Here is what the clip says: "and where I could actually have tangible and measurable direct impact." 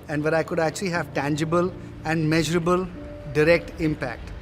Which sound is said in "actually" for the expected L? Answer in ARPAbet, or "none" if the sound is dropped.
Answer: L